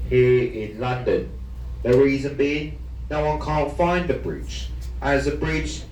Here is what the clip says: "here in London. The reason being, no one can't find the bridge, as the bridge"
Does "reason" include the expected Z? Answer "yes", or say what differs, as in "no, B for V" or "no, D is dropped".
yes